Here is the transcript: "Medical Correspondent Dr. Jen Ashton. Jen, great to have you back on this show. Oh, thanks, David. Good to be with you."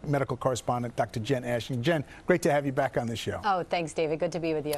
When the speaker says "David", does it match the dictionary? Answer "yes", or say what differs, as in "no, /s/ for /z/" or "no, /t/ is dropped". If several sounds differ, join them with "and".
yes